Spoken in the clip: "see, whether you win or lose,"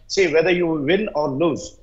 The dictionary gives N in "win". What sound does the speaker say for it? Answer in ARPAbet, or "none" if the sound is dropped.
L